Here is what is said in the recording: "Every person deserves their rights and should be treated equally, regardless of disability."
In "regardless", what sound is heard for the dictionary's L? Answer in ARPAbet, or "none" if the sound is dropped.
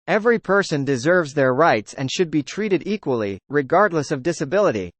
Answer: L